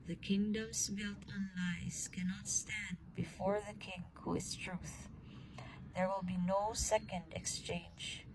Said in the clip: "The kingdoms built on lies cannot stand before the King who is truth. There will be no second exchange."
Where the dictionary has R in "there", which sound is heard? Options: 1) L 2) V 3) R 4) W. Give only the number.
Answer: 3